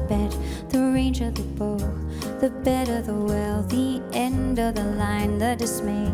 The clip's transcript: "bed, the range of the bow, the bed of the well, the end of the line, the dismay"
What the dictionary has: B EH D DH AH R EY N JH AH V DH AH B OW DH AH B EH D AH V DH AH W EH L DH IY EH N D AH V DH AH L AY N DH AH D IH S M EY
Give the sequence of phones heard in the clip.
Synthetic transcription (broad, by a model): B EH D DH AH R EY N JH AH V DH AH B OW DH AH B EH D AH V DH AH W EH L DH IY EH N D AH V DH AH L AY N DH AH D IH S M EY